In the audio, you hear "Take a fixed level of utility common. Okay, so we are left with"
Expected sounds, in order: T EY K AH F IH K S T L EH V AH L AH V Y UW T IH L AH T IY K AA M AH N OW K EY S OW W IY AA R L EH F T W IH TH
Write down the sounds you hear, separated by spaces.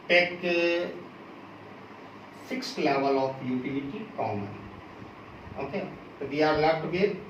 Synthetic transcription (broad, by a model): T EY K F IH K S T L EH V AH L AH F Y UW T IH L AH T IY K AA M AH N OW K EY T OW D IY AA R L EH T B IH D